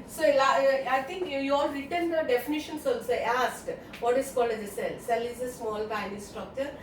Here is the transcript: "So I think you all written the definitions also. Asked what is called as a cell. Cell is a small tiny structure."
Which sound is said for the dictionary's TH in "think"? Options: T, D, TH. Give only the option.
T